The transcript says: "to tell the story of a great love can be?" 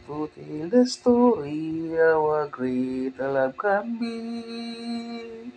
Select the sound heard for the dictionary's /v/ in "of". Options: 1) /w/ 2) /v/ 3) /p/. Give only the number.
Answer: 1